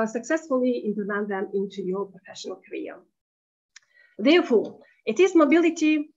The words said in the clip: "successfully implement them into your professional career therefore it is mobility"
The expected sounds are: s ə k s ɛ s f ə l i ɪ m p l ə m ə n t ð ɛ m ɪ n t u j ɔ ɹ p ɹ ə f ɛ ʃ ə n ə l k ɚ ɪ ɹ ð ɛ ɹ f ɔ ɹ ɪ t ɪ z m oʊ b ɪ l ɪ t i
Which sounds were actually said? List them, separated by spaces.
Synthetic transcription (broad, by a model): s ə k s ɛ s f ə l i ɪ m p ə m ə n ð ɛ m ɪ n t u j ɔ ɹ p ɹ ə f ɛ ʃ ə n ə l k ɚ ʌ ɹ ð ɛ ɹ f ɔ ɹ ɪ t ɪ z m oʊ b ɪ l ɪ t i